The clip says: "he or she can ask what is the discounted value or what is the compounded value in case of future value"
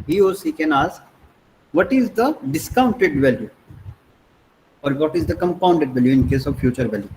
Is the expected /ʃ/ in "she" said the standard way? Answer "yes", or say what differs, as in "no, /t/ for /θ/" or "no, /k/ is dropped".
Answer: no, /s/ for /ʃ/